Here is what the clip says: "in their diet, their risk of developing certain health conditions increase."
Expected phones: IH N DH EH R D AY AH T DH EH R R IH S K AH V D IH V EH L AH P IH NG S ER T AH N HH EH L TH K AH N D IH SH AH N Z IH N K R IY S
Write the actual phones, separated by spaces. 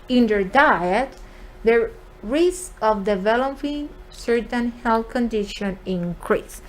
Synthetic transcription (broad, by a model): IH N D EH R D AY AH T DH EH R R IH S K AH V D IH V EH L AH P IH NG S ER T AH N HH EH L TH K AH N D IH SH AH N IH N K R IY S